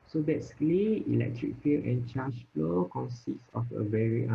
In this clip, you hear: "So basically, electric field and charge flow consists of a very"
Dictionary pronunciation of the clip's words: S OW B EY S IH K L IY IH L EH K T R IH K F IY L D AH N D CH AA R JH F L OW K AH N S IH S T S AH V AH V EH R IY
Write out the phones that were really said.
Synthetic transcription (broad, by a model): S OW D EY S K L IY IH L EH K T R IH K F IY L AH N CH AA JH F L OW K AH N S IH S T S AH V AH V EH R IY